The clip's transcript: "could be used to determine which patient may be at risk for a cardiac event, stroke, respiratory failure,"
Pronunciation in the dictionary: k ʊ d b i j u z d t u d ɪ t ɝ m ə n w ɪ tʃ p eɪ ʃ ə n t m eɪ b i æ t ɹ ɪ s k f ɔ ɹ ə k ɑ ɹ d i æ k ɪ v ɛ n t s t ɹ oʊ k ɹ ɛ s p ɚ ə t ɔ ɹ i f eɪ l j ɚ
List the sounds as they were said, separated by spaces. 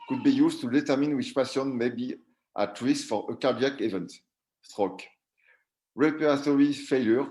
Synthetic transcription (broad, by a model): k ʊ d b i j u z t u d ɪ t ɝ m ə n w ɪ tʃ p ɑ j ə n m eɪ b i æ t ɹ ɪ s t f ɔ ɹ ə k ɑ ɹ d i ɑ k ɪ v ɛ n t s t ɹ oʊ k ɹ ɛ p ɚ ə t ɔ ɹ i f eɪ l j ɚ